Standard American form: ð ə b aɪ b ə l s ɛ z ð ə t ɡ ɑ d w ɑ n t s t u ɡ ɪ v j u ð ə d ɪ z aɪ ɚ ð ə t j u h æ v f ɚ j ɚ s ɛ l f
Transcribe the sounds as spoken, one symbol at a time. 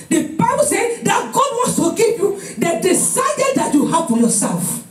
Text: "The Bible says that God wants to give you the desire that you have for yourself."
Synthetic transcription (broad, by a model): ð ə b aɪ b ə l s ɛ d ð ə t ɡ ɑ d w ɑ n s t u ɡ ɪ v j u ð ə d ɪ s aɪ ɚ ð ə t j u h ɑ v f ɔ j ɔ s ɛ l f